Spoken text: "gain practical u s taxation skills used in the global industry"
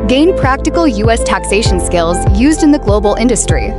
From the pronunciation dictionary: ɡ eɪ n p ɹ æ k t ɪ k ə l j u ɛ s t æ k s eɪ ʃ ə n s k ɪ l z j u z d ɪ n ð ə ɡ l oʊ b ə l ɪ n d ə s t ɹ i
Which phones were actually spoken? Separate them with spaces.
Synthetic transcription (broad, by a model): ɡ eɪ n p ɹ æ k t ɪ k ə l j u ɛ s t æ k s eɪ ʃ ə n s k ɪ l z j u z d ɪ n ð ə ɡ l oʊ b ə l ɪ n d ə s t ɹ i